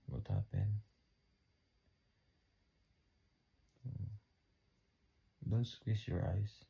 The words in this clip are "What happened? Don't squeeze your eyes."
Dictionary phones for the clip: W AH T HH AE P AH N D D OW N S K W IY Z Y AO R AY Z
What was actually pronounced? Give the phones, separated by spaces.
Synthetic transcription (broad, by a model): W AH T HH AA P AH N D D OW N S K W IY S Y AO R AY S